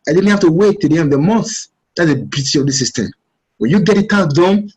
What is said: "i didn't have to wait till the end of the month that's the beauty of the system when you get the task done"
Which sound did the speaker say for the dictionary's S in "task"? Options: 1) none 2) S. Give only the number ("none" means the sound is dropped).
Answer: 1